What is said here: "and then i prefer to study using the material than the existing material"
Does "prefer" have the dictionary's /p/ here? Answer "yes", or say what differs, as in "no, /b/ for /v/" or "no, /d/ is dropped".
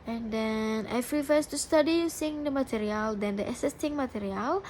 no, /f/ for /p/